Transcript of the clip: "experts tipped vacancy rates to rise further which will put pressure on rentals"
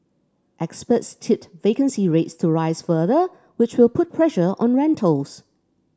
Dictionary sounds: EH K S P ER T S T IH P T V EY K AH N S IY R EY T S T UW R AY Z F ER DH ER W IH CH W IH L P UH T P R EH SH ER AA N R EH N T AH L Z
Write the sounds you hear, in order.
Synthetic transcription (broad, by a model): EH K S P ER T S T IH T V EY K AH N S IY R EY T S T UW R AY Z F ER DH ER W IH CH W IH L P UH T P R EH SH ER AA N R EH N T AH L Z